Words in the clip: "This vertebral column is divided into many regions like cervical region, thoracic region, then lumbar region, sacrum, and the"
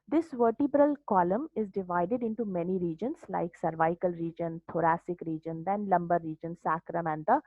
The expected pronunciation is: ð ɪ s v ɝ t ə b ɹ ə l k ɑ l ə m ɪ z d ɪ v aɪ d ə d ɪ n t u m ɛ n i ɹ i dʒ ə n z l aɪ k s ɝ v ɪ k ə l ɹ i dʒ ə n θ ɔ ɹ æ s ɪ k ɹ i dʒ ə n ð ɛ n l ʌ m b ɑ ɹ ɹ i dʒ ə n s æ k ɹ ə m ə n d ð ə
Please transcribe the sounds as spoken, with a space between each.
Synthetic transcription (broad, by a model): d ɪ s v ɝ t ə b ɹ ə l k ɑ l ə m ɪ z d ɪ v aɪ d ə d ɪ n t u m ɛ n i ɹ i dʒ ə n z l aɪ k s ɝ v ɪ k ə l ɹ i dʒ ə n t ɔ ɹ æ s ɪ k ɹ i dʒ ə n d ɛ n l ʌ m b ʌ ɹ ɹ i dʒ ə n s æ k ɹ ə m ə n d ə